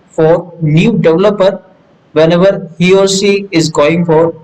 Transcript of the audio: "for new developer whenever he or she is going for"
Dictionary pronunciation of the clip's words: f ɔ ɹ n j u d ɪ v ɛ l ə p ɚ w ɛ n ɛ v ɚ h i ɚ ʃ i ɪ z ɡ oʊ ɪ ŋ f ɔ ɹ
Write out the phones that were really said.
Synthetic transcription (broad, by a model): f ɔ ɹ n j u d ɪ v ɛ l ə p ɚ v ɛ n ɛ v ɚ h i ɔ s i ɪ z ɡ oʊ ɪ ŋ f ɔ ɹ